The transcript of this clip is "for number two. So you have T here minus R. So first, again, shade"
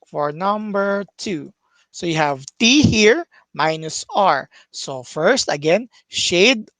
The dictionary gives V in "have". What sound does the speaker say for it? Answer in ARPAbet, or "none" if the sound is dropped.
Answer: V